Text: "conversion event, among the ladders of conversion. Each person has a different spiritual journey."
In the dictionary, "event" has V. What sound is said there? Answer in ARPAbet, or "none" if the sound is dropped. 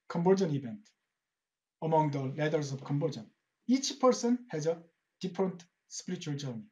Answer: B